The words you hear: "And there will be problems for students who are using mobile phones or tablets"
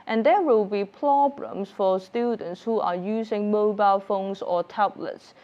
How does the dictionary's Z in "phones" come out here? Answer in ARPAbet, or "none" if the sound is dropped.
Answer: S